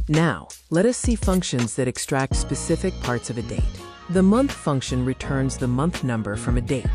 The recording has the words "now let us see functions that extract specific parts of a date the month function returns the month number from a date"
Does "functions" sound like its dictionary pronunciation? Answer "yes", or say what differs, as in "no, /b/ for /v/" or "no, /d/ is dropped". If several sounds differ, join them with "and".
yes